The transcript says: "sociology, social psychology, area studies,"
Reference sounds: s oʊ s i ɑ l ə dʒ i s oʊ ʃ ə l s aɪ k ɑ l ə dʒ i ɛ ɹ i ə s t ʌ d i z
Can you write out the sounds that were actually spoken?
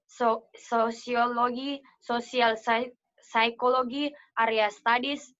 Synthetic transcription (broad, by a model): s oʊ s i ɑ l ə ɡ i s oʊ s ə l s aɪ k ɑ l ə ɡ i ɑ ɹ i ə s t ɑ d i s